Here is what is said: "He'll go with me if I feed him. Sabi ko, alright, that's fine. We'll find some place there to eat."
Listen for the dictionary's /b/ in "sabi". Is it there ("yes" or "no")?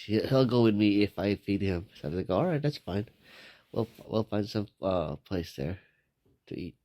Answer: no